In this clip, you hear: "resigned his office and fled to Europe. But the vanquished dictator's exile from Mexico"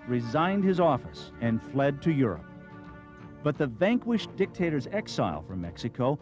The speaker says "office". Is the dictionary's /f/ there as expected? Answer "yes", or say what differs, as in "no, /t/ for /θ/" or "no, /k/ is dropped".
yes